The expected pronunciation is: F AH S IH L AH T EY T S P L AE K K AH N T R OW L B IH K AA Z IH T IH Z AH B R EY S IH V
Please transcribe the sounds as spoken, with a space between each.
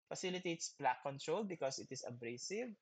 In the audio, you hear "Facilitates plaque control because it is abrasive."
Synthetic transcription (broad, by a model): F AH S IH L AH T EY T S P L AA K K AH N T R OW L B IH K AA S IH T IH S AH B R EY S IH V